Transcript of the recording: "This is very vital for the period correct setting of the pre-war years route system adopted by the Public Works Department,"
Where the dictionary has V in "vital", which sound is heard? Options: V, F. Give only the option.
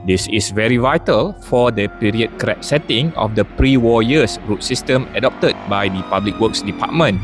V